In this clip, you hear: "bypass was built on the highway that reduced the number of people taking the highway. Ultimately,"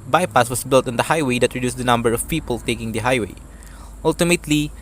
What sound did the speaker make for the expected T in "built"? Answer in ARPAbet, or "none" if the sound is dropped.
T